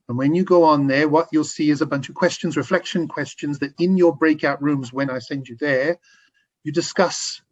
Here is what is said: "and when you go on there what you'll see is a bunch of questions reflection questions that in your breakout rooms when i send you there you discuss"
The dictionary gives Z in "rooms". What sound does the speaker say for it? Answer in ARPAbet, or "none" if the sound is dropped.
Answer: Z